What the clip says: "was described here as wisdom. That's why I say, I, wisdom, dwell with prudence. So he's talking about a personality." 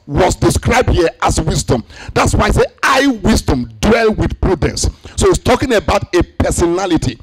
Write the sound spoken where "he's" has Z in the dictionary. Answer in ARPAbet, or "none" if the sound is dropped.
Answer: S